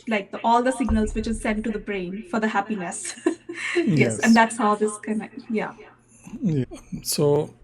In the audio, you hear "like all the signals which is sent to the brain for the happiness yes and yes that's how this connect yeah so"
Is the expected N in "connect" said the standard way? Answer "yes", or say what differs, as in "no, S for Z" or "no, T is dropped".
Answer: no, N is dropped